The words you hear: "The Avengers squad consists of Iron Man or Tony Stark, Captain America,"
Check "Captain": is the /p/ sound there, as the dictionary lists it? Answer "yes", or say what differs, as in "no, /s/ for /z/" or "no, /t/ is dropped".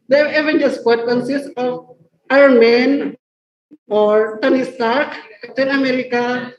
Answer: no, /p/ is dropped